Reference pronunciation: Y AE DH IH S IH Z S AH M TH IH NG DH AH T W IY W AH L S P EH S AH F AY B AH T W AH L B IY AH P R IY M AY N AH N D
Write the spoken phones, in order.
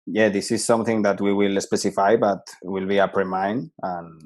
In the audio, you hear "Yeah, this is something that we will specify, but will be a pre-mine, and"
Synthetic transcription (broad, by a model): Y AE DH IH S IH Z S AH M TH IH NG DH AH T W IY W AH L S P EH S AH F AY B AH T W AH L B IY AH P R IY M AY N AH N